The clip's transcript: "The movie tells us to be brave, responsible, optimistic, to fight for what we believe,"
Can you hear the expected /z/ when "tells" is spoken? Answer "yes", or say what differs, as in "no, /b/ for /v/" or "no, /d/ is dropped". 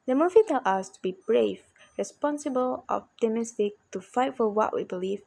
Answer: no, /z/ is dropped